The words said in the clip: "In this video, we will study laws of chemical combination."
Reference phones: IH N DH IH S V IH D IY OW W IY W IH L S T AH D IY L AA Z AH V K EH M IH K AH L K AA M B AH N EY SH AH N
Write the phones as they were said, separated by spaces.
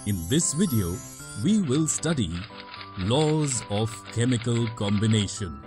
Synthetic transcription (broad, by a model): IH N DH IH S V IH D IY OW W IY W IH L S T AH D IY L AA Z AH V K EH M IH K AH L K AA M B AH N EY SH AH N